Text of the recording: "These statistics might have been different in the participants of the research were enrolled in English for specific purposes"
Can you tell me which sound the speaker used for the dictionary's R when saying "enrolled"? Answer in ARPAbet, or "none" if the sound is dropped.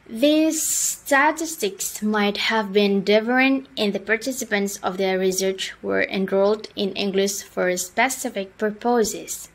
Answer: R